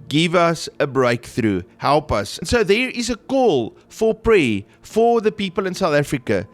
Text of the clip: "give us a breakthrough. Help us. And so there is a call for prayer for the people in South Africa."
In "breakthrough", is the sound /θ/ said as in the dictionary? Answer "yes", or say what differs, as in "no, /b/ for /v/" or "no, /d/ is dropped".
yes